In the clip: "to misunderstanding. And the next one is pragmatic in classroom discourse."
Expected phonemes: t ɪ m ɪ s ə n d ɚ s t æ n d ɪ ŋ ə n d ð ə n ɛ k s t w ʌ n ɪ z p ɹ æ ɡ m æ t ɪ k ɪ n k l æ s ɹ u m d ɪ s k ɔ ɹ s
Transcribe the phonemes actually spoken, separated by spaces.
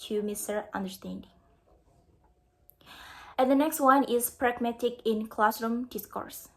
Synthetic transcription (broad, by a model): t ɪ m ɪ s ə n d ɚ s t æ n d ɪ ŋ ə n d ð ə n ɛ k s t w ʌ n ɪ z p ɹ æ ɡ m æ t ɪ k ɪ n k l æ s ɹ u m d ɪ s k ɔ ɹ s